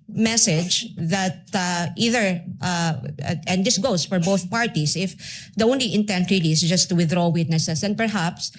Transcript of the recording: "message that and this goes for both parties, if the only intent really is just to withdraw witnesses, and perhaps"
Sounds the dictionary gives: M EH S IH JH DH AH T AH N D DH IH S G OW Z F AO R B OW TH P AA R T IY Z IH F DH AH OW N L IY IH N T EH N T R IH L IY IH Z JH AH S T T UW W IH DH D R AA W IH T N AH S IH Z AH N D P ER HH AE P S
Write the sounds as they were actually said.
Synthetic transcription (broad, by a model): M EH S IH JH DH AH T AH N D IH S G OW S F AO R B OW TH P AA R T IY S IH F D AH OW N L IY IH N T EH N T R IH L IY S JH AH S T T UW W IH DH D R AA W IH T N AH S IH S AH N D P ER HH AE P S